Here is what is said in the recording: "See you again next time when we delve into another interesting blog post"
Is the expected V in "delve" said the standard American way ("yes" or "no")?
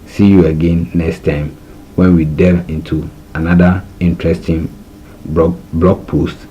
no